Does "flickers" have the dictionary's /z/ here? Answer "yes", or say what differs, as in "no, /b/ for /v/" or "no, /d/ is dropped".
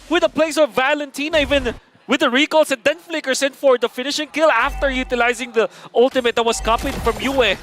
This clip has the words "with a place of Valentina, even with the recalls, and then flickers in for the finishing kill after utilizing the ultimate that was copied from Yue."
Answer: no, /s/ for /z/